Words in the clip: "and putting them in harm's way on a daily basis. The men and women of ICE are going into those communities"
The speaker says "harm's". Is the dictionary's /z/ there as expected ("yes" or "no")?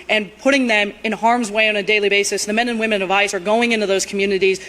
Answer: yes